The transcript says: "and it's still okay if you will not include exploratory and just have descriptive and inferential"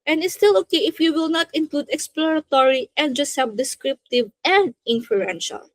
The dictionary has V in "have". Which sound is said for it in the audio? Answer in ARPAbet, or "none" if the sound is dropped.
B